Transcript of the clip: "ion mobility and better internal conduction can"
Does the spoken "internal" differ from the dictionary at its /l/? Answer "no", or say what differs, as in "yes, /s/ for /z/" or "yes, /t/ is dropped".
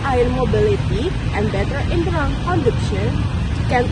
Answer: yes, /n/ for /l/